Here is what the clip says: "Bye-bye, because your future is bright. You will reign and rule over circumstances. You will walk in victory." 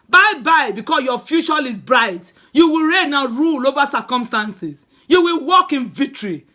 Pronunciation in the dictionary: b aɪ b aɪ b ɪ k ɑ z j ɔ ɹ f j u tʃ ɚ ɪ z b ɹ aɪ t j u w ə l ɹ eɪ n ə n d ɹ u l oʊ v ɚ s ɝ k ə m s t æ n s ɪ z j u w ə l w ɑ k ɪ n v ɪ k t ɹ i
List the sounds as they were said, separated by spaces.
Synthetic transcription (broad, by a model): b aɪ b aɪ b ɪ k ɑ s j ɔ f j u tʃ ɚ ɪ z b ɹ aɪ t j u w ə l ɹ eɪ n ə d ɹ u l oʊ v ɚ s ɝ k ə m s t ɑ n s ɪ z j u w ə l w ɑ k ɪ n v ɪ k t ɹ i